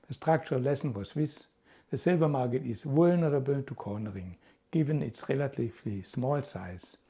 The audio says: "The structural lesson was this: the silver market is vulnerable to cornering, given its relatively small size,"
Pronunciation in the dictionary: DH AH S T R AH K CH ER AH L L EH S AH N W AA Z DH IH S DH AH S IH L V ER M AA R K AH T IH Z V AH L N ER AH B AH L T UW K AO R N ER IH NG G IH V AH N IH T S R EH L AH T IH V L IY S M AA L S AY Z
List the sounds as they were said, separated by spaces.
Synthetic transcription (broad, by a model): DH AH S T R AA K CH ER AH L L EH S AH N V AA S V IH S DH AH S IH L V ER M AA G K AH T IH S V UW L N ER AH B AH N T UW K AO N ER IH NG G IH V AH N IH T S R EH L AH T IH F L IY S M AA L S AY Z